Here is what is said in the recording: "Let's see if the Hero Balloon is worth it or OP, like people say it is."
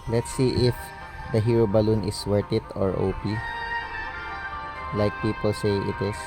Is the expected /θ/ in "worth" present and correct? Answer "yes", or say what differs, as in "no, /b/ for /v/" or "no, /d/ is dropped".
no, /t/ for /θ/